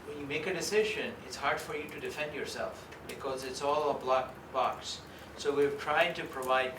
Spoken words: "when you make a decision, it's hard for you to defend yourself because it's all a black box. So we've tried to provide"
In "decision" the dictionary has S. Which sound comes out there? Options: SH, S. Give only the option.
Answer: S